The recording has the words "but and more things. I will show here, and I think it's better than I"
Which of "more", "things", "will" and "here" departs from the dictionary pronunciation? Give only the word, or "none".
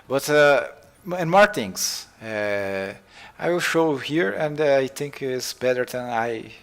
things